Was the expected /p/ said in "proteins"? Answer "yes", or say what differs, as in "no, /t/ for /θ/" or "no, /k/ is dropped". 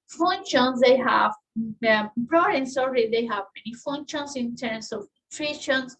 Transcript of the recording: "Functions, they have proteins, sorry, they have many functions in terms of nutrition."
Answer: no, /b/ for /p/